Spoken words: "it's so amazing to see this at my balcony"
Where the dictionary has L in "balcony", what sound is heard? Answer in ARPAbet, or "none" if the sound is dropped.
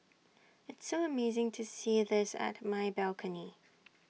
L